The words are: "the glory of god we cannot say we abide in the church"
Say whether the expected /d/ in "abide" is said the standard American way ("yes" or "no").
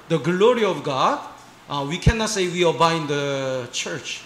no